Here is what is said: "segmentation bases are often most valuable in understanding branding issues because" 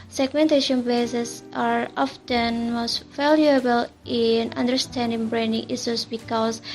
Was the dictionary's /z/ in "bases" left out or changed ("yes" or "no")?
yes